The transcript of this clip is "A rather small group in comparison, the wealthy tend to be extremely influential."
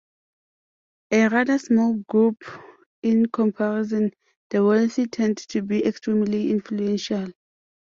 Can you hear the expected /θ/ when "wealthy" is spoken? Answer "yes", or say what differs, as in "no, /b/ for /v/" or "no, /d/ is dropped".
no, /s/ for /θ/